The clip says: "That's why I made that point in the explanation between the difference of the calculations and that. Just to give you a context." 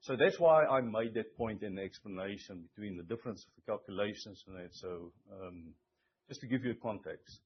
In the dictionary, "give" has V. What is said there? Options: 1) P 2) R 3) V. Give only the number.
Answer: 3